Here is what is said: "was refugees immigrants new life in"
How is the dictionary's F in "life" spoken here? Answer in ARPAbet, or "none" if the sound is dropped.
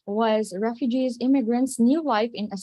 F